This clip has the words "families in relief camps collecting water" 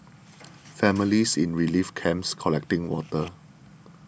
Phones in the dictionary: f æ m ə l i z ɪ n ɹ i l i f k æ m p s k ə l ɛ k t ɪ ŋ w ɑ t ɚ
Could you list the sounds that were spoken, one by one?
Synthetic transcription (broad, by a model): f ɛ m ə l i s ɪ n ɹ i l i f k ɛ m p s k ə l ɛ k t ɪ ŋ w ɑ t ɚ